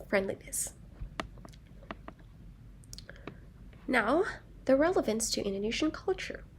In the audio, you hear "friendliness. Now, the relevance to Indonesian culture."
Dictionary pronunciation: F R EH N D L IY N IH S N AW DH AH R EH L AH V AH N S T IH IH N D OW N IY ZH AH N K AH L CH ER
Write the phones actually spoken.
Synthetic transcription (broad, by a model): F R EH N D L IY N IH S N AW DH AH R EH L AH V AH N S T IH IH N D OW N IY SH N K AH L CH ER